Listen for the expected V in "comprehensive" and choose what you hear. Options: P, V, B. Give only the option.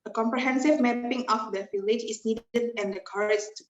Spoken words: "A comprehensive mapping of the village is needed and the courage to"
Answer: V